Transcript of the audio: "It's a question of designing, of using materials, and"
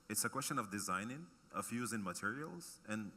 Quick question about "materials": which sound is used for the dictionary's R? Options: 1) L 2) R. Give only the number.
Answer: 2